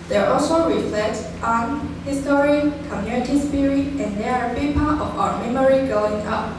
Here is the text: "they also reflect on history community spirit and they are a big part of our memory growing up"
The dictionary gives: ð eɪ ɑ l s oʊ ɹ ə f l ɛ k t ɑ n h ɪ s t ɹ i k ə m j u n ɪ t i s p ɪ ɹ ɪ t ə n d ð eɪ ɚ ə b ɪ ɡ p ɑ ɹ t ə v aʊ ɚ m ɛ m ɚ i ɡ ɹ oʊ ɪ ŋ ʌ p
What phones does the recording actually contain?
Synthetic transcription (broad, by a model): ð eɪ ɑ l s oʊ ɹ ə f l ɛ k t ɑ n h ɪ s t ɹ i k ə m j u n ɪ t i s p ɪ ɹ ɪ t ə n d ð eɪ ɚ ə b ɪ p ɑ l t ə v aʊ ɚ m ɛ m ɚ i ɡ oʊ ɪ ŋ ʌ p